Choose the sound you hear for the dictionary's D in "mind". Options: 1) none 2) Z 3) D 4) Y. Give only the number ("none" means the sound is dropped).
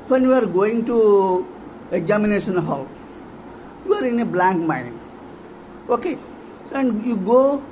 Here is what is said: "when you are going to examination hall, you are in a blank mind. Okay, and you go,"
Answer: 1